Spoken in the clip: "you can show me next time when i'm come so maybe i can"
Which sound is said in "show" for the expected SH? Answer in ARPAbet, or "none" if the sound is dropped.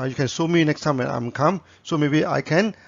S